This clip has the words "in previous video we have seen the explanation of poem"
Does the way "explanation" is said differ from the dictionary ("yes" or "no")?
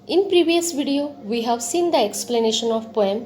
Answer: no